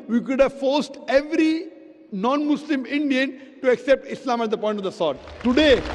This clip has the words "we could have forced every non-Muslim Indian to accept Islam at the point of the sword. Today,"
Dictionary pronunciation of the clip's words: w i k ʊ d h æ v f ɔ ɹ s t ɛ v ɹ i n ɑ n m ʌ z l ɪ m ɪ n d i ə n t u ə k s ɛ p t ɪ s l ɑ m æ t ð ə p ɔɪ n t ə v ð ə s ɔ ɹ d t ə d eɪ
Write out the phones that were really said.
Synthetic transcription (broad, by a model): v i k ʊ d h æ v f ɔ ɹ s t ɛ v ɹ i n ɑ n m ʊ s l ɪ m ɪ n d i ə n t u ə k s ɛ p t ɪ s l ɑ m æ t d ə p ɔɪ n t ə v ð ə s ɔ ɹ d t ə d eɪ